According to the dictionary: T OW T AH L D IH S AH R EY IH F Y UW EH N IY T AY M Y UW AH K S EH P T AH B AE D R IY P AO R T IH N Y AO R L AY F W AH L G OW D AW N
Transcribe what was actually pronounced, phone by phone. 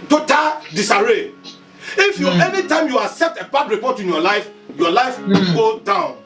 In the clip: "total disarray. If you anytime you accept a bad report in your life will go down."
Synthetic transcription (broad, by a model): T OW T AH D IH S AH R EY IH F Y UW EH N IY T AY M Y UW AH K S EH P T AH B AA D R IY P AO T IH N Y AO L L AY F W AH G OW D AW N